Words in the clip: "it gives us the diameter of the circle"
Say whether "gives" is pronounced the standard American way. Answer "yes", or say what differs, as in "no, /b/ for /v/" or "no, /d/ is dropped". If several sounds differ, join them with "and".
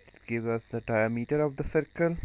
no, /z/ is dropped